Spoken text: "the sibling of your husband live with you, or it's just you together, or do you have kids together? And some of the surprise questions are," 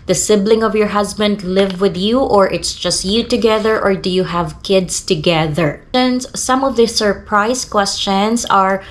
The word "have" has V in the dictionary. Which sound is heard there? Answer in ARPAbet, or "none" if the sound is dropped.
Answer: V